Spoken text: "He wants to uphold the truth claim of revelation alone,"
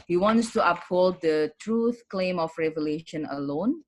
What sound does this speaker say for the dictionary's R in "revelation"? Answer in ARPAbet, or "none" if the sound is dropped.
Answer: R